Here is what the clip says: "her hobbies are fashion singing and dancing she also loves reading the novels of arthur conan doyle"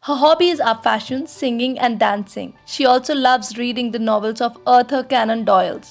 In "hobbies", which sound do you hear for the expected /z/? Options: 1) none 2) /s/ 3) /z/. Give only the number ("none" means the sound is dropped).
3